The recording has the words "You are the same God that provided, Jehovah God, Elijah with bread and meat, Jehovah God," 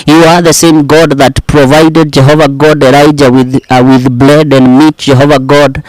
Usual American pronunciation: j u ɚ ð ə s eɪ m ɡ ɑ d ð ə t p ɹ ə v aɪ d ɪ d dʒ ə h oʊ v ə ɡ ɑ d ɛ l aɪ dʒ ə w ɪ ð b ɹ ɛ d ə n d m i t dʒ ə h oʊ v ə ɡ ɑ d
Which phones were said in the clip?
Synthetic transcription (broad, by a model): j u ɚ ð ə s eɪ m ɡ ɑ d ð ə t p ɹ ə v aɪ d ɪ d dʒ ə h oʊ v ə ɡ ɑ d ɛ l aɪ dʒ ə w ɪ ð b l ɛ d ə n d m i t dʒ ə h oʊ v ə ɡ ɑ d